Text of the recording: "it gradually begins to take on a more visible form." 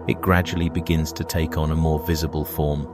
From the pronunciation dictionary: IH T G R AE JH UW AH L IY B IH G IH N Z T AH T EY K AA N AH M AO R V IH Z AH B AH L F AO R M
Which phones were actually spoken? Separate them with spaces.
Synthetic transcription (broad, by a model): IH T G R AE JH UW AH L IY B IH G IH N Z T AH T EY K N AH M AO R V IH Z AH B AH L F AO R M